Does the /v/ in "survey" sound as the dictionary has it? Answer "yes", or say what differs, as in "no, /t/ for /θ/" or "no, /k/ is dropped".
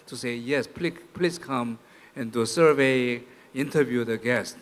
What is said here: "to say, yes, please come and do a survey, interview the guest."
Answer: yes